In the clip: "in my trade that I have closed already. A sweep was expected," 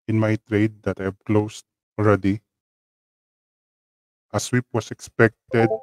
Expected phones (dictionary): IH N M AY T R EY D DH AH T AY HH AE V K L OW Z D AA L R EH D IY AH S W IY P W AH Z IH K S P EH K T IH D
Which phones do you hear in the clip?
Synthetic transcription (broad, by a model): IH N M AY T R EY D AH T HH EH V K L OW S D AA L R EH D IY AH S W IY P W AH S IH K S P EH K T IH D